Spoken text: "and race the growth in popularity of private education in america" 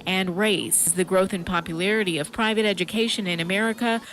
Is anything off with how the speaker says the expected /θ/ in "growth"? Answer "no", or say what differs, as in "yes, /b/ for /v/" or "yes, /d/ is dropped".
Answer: no